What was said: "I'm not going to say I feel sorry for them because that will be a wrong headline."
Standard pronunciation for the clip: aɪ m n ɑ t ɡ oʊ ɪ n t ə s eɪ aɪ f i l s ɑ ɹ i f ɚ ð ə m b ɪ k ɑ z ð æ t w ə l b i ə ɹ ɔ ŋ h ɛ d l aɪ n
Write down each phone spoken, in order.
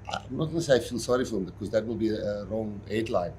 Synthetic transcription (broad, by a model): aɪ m n ɑ t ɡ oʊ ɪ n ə s eɪ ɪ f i n s ɑ ɹ i f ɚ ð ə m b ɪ k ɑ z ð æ t w ə l b i ə ɹ ɔ ŋ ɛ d l aɪ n